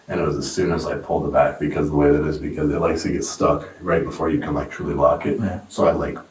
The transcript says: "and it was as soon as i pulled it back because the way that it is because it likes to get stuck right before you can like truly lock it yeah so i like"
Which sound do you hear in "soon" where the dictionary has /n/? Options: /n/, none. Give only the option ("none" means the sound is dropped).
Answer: /n/